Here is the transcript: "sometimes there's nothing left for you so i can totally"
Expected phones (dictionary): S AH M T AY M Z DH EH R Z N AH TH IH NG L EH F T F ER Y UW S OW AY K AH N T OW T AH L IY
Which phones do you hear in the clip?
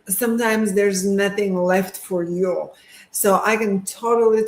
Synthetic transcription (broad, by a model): S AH M T AY M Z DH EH R Z N AH TH IH NG L EH F T F ER Y UW S OW AY K AH N T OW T L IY